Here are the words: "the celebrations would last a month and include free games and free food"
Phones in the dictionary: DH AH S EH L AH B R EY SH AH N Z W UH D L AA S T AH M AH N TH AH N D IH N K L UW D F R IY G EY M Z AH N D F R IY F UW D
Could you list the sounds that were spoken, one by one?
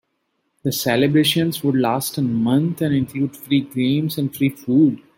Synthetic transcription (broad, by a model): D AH S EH L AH B R EY SH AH N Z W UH D L AA S T AH M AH N T AH N D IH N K L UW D F R IY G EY M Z AH N D F R IY F UW D